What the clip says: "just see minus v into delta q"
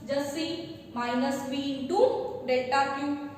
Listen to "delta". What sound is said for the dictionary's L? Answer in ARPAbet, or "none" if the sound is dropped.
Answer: none